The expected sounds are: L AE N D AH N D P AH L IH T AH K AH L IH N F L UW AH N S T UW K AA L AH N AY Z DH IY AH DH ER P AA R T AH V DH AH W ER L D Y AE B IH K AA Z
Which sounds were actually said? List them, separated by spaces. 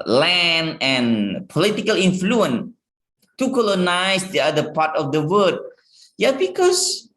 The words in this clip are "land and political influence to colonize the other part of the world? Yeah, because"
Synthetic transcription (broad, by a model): L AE N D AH N P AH L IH T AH K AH L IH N F L UW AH N T UW K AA L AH N AY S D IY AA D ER P AA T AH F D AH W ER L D Y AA B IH K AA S